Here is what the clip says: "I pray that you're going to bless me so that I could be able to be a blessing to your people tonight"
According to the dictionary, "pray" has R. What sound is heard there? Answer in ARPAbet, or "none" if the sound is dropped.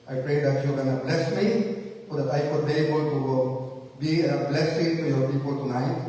R